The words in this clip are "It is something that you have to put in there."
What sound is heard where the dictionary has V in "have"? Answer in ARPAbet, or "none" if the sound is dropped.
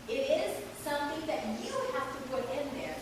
F